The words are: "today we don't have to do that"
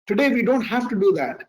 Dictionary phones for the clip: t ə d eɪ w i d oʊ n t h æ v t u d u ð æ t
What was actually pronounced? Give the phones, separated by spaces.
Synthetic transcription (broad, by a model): t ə d eɪ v i d oʊ n t h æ f t u d u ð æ t